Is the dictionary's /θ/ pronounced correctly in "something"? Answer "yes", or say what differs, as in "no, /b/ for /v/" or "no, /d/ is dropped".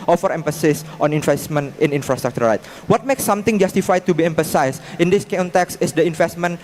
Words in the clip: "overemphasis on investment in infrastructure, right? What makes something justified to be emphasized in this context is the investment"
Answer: no, /t/ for /θ/